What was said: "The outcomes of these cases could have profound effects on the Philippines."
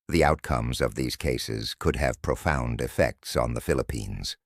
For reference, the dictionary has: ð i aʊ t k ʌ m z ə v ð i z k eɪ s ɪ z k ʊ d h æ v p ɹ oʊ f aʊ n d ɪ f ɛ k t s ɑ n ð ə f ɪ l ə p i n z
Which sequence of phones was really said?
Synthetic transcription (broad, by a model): ð i aʊ t k ʌ m z ə v ð i z k eɪ s ɪ z k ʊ d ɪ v p ɹ oʊ f aʊ n d ɪ f ɛ k t s n ð ə f ɪ l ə p i n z